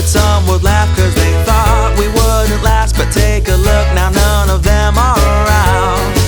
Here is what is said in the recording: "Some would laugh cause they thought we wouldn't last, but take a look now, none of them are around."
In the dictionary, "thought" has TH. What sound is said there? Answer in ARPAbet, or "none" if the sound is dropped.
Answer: TH